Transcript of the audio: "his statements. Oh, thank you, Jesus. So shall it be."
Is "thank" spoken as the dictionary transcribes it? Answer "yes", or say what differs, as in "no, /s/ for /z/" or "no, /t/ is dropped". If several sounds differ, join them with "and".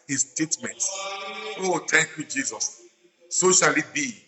no, /t/ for /θ/